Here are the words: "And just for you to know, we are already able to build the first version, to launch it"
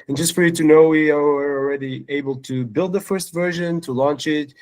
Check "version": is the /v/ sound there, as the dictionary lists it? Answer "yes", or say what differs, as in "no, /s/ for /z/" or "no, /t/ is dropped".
yes